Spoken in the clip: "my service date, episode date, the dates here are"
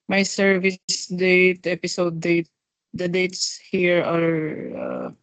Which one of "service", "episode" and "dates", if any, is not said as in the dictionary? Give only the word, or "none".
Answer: none